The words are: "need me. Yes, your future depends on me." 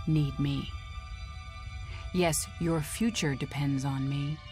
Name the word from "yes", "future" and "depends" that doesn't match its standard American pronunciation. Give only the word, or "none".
none